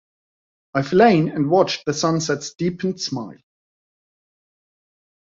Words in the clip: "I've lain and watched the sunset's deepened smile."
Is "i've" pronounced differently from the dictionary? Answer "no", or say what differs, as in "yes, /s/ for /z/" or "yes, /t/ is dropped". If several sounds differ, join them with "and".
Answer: yes, /f/ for /v/